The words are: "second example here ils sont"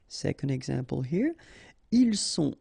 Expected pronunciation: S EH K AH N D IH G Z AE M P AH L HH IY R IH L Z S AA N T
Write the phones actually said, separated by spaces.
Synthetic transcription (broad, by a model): S EH K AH N D IH G Z AE M P AH L HH IY R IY L S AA